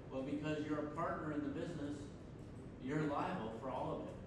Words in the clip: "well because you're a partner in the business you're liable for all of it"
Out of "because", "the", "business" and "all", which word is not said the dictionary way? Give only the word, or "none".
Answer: none